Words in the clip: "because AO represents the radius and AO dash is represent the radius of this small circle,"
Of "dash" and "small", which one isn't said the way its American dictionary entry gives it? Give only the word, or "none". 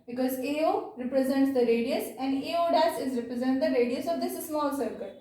dash